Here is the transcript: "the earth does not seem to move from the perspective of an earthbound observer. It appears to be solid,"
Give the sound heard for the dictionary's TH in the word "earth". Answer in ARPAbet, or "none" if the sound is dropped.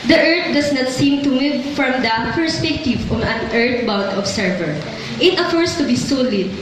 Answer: T